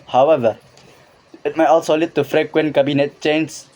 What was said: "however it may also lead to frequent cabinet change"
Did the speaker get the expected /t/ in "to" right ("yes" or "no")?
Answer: yes